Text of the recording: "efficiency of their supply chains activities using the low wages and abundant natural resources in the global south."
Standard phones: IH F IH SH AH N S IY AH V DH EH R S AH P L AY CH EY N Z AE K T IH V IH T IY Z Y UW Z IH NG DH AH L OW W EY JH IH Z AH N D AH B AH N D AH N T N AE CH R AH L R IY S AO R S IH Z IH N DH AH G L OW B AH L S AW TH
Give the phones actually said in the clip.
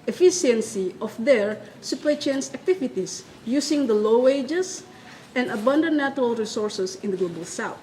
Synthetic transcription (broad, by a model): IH F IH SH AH N S IY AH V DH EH R S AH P EH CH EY N S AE K T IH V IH T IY S Y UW S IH NG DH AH L OW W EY JH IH S AH N D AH B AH N D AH N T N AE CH R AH L R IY S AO R S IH S IH N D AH G L OW B AH L S AW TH